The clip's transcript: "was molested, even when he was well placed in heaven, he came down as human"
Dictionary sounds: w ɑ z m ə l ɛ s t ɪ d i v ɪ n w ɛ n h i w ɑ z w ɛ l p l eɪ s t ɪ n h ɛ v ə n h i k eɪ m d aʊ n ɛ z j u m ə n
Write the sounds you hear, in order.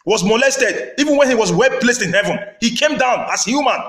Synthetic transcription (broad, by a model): w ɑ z m ə l ɛ s t ɪ d i v ɪ n w ɛ n h i w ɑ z w ɛ l p l eɪ s t ɪ n h ɛ v ə n h i k eɪ m d aʊ n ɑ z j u m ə n